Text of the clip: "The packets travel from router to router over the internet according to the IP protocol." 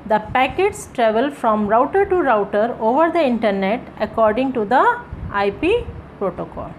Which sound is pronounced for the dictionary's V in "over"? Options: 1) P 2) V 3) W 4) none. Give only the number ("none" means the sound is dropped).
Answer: 2